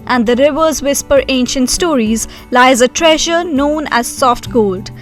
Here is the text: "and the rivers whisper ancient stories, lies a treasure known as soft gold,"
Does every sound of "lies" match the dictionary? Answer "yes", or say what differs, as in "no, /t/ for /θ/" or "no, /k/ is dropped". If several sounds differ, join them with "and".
yes